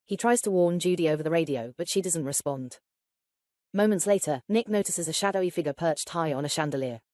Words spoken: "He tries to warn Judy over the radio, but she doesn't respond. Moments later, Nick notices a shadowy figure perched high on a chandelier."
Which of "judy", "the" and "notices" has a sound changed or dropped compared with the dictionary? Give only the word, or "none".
none